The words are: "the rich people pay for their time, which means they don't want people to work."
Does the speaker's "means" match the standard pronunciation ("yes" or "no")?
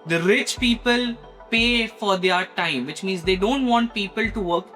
yes